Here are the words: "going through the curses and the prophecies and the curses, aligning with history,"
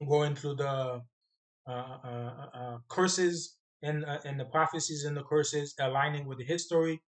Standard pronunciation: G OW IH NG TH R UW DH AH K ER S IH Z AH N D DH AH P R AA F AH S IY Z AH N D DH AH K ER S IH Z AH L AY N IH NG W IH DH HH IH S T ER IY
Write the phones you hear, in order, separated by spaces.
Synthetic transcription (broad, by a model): G OW IH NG TH R UW DH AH K ER S IH Z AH N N DH AH P R AA F AH S IY Z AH N DH AH K ER S IH Z AH L AY N IH NG W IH DH HH IH S T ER IY